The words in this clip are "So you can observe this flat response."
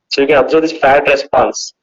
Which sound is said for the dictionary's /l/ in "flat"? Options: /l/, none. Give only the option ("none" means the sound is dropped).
none